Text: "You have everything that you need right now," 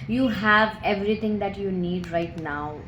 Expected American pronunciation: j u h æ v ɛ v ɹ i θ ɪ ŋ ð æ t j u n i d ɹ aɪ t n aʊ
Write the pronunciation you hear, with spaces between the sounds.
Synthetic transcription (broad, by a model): j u h æ v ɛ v ɹ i t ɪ ŋ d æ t j u n i d ɹ aɪ t n aʊ